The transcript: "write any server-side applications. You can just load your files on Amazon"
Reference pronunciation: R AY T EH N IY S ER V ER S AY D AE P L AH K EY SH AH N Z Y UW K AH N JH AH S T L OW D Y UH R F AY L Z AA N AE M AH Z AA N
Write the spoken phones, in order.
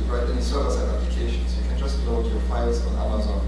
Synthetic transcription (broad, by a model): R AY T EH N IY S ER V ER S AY AE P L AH K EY SH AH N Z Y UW K AH N JH AH S T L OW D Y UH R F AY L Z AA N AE M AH Z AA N